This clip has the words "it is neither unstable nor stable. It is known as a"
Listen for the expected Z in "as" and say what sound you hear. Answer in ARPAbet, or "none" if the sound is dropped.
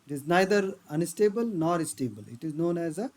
Z